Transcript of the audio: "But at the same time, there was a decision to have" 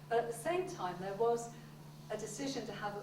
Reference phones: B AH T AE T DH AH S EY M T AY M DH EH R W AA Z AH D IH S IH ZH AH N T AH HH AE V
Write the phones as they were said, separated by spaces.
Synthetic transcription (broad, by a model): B AH T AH T DH AH S EY M T AY M DH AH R W AA Z AH D IH S IH ZH AH N T AH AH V